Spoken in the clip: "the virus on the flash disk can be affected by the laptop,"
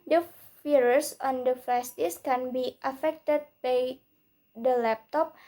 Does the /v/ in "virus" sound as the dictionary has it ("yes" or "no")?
no